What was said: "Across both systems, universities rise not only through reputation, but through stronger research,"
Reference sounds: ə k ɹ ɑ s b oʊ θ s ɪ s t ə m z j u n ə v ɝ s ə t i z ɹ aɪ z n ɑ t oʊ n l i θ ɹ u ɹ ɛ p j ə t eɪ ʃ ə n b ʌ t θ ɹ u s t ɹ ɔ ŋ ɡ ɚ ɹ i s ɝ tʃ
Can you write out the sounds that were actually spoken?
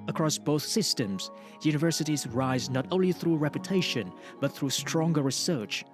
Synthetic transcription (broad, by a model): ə k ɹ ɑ s b oʊ θ s ɪ s t ə m z j u n ə v ɝ s ə t i z ɹ aɪ z n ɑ t oʊ n l i θ ɹ u ɹ ɛ p j ə t eɪ ʃ ə n b ʌ t θ ɹ u s t ɹ ɔ ŋ ɡ ɚ ɹ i s ɝ tʃ